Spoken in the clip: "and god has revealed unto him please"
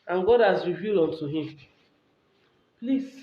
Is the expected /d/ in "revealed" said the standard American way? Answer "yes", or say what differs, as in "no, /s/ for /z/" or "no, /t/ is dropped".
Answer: no, /d/ is dropped